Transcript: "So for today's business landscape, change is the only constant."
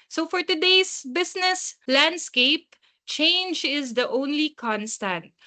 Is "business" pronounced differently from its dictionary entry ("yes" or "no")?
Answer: yes